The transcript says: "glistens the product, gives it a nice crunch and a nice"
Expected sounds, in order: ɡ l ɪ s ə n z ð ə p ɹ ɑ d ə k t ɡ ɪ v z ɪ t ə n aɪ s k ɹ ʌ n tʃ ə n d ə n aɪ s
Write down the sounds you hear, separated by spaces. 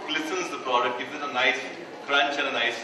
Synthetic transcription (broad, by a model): l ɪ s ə n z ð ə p ɹ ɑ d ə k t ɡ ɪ z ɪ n ə n aɪ s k ɹ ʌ n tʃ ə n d ə n aɪ s